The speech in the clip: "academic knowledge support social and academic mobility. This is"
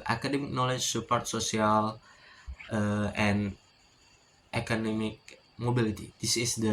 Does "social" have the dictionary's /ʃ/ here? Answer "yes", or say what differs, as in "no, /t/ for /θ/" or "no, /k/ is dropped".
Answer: no, /s/ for /ʃ/